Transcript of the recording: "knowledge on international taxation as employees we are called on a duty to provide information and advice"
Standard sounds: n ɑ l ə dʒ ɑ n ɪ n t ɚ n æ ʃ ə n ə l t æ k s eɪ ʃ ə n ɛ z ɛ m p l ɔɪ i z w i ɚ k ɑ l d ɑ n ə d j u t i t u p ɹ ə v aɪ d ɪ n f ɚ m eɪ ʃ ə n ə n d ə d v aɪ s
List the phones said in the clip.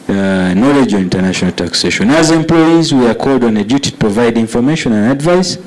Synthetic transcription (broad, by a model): n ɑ l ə dʒ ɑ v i n t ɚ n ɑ ʃ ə n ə l t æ k s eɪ ʃ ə n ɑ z ɛ m p l ɔɪ i z w i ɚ k ɑ l d ɑ n ə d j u t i t u p ɹ ə v aɪ d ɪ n f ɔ m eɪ ʃ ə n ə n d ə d v aɪ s